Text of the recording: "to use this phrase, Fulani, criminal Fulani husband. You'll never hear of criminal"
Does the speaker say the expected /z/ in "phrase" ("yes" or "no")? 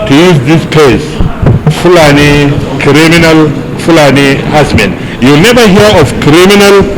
no